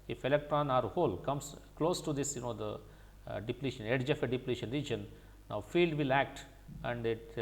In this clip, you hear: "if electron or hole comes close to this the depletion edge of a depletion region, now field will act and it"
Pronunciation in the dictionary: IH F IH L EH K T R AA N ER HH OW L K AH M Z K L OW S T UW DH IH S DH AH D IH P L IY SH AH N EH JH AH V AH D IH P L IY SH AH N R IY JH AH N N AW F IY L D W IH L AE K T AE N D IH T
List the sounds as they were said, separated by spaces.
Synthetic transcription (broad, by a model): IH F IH L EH K T R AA N ER HH OW L K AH M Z K L OW S T UW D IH S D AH D IH P L IY SH AH N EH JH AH F AH D IH P L IY SH AH N R IY JH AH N N AW F IY L D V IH L AE K T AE N D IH T